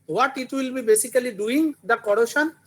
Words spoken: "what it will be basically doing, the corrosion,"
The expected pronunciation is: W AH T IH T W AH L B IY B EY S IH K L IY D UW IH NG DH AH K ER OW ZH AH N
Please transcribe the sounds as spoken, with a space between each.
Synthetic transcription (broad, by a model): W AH T IH T W AH L B IY B EY S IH K L IY D UW IH NG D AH K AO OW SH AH N